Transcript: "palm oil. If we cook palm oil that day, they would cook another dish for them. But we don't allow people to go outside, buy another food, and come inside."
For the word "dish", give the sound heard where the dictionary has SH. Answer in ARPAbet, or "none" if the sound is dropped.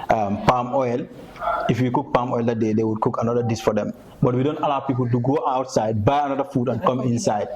S